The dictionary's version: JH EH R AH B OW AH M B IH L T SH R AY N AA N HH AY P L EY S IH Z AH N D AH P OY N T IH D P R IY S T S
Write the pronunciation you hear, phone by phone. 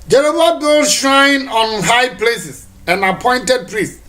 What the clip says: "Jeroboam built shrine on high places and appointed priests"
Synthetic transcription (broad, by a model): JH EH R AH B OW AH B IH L SH R AY N AA N HH AY P L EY S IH S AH N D AH P OY N T IH D P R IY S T